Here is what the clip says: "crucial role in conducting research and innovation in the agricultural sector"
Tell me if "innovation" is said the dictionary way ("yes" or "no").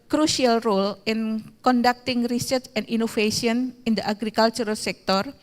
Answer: no